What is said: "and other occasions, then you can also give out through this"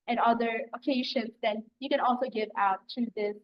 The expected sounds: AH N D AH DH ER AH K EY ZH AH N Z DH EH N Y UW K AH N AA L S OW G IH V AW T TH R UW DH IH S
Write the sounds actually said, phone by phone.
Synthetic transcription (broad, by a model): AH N AH DH ER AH K EY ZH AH N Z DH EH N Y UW K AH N AA L S OW G IH V AW T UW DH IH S